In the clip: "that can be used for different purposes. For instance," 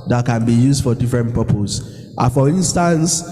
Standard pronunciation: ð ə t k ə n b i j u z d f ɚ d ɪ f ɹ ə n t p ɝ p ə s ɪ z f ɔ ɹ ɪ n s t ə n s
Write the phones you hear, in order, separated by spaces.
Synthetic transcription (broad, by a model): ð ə t k ə n b i j u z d f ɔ d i f ɹ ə n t p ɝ p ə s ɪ f ɔ ɹ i n s t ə n s